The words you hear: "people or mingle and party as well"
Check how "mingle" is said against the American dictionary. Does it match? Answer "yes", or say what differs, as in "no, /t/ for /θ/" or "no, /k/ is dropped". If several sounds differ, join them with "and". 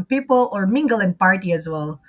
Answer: yes